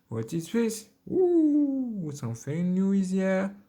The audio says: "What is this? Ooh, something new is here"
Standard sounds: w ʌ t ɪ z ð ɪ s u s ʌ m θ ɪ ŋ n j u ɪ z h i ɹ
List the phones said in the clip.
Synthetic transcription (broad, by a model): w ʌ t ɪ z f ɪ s u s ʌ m f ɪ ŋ n j u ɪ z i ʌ